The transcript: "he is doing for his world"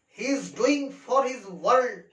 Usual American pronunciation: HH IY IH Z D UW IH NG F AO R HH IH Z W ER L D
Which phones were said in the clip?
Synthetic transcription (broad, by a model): HH IY IH Z D UW IH NG F AO R HH IH Z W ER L D